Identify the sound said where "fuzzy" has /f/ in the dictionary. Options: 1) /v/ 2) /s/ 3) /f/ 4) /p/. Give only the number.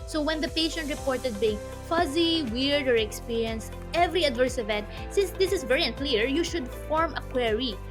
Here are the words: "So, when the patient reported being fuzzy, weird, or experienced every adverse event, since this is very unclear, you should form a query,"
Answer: 3